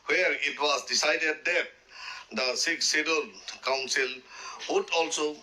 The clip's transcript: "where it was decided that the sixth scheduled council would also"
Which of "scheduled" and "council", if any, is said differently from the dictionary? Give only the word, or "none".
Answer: scheduled